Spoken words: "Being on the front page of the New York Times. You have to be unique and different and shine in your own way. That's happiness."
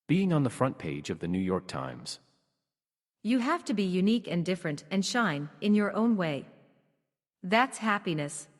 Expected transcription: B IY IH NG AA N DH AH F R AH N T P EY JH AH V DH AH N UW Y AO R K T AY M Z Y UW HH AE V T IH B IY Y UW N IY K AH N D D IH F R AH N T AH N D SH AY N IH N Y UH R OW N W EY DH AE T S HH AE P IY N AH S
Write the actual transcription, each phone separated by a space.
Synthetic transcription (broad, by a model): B IY IH NG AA N DH AH F R AH N P EY JH AH V DH AH N UW Y AO R K T AY M Z Y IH HH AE F T IH B IY Y UW N IY K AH N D D IH F R AH N T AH N SH AY N IH N Y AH R OW N W EY DH AE T S HH AE P IY N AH S